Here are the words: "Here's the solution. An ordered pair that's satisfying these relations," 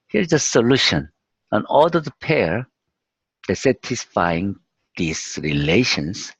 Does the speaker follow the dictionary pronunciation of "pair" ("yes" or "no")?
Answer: yes